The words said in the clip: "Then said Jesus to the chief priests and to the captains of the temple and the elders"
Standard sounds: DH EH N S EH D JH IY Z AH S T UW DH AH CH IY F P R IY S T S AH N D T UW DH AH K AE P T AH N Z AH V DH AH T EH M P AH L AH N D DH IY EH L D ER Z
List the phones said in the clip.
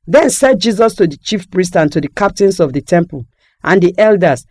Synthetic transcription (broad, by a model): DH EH N S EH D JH IY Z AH S T UW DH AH CH IY F P R IY S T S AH N T UW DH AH K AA P T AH N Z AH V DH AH T EH M P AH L AH N D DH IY EH L D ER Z